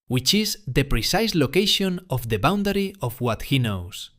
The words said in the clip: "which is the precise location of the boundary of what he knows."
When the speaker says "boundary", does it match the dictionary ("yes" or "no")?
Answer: yes